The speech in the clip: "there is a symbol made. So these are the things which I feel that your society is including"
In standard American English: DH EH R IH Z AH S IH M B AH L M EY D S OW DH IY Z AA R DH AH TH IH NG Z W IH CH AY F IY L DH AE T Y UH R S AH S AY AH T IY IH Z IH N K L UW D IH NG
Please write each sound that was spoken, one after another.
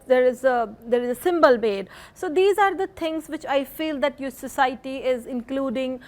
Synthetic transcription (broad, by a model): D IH R IH Z AH S IH M B AH L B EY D S OW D IY Z AA R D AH T IH NG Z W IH CH AY F IY L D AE T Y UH S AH S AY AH T IY IH Z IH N K L UW D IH NG